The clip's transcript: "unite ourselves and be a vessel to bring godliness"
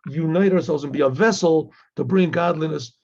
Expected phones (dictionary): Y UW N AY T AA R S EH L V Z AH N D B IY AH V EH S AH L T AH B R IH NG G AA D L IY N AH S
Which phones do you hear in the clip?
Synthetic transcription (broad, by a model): Y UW N AY T AA R S EH L V Z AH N B IY AH V EH S L T AH B R IH NG G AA D L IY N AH S